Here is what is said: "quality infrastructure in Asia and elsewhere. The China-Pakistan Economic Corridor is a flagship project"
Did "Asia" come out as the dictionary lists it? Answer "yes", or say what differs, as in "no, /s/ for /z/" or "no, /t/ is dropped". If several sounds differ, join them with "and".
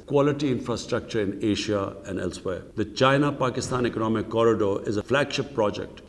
no, /ʃ/ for /ʒ/